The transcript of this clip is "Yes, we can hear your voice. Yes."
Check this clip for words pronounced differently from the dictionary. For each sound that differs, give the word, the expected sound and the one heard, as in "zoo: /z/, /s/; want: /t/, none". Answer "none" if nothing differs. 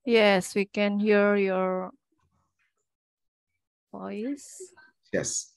none